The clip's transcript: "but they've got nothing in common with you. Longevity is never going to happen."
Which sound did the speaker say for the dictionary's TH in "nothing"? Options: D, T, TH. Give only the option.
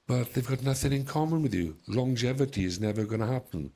TH